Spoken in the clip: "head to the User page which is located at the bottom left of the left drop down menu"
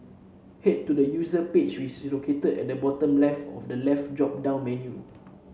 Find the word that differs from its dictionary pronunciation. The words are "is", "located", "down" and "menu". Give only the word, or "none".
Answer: is